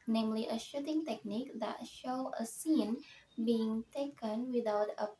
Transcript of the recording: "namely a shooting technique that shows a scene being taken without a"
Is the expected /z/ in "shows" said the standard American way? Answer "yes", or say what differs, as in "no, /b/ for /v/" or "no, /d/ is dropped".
no, /z/ is dropped